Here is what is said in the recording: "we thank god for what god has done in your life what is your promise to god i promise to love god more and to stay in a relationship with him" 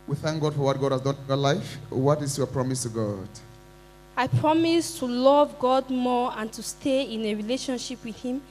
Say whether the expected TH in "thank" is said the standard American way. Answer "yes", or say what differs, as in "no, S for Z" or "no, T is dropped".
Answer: yes